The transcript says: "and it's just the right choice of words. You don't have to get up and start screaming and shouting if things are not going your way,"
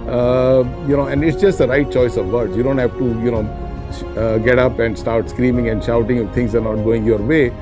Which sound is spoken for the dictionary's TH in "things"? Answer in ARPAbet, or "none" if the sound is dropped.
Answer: T